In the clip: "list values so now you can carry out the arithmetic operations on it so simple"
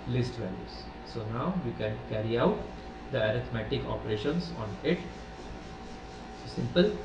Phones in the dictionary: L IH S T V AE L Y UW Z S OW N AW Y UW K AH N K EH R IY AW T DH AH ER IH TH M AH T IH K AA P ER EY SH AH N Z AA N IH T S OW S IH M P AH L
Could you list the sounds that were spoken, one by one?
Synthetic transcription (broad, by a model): L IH S T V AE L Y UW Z S OW N AW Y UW K AH N K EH R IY AW T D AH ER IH T M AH T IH K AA P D EY SH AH N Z AA N IH T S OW S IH M P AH L